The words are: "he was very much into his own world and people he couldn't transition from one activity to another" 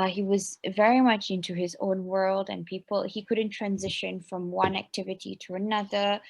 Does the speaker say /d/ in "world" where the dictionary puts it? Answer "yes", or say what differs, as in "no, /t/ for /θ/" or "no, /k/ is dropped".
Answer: yes